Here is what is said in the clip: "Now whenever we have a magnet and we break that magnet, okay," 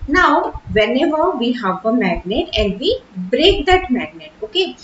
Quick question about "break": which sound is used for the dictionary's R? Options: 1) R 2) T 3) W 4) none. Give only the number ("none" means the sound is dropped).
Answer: 1